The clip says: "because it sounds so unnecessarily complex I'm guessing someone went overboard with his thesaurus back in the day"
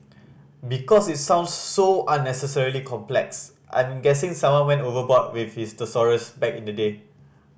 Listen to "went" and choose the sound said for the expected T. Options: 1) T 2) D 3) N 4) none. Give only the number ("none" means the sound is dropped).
4